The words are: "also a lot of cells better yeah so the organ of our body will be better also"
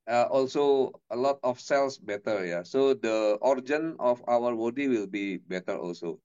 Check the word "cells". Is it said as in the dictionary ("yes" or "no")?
no